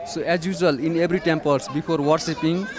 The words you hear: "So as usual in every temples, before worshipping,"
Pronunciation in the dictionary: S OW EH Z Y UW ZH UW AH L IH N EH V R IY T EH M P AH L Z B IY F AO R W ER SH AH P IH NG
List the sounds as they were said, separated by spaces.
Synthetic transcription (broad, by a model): S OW EH Z Y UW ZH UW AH L IH N EH B R IY T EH M P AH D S B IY P AO R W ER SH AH P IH NG